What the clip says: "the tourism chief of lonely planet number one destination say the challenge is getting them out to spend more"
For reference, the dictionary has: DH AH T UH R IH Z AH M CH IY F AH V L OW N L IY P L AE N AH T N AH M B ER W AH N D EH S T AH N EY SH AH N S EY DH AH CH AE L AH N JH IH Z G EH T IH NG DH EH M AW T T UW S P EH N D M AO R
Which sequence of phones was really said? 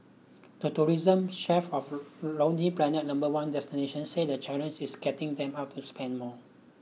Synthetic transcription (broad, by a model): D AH T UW R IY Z AH M SH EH F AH F L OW N IY P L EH N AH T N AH M B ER W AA N D EH S T AH N EY SH AH N S EY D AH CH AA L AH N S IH S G EH T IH NG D EH M AW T T UW S P EH N D M AO